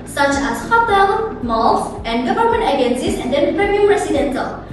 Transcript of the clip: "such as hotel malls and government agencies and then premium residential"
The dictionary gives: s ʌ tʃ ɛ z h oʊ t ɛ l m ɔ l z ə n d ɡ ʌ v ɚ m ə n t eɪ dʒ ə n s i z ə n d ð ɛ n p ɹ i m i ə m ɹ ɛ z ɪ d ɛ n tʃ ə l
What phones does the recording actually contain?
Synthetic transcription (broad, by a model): s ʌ tʃ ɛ s h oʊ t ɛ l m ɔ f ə n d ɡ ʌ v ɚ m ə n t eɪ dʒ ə n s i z ə n d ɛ n p ɹ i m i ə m ɹ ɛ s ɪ d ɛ n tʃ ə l